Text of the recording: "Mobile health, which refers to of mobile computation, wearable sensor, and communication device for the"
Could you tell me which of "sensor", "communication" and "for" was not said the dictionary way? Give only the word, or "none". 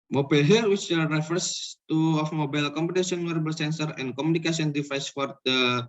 communication